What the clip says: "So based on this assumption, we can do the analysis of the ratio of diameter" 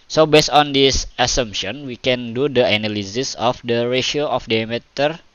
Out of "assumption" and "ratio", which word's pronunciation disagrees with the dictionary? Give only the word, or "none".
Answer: none